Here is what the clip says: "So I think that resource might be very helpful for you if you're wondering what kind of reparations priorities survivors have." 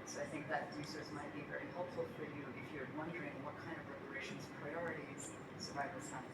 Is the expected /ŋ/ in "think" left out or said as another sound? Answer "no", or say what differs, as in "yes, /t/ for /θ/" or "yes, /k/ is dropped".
no